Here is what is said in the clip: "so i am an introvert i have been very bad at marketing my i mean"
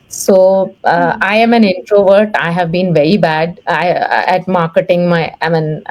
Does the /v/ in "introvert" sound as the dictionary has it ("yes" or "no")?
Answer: yes